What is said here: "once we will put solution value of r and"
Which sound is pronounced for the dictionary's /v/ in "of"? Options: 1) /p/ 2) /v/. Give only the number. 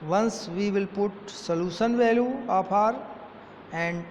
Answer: 1